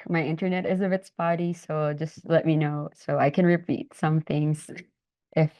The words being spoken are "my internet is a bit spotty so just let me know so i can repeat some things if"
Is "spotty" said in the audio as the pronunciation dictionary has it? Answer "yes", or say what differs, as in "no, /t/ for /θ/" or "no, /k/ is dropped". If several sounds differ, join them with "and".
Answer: no, /b/ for /p/